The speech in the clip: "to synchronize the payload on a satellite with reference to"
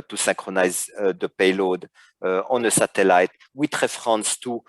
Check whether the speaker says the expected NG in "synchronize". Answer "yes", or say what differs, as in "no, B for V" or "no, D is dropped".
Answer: no, NG is dropped